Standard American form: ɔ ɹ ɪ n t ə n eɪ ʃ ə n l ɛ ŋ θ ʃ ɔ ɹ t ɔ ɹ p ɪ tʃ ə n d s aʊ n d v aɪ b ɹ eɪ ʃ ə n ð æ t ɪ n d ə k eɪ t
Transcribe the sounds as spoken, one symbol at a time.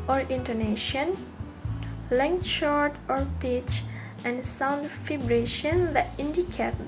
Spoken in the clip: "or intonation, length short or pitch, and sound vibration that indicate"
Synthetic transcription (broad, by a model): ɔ ɹ ɪ n t ə n eɪ ʃ ə n l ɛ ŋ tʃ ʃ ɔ ɹ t ɔ ɹ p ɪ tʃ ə n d s aʊ n d f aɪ b ɹ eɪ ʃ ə n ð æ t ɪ n d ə k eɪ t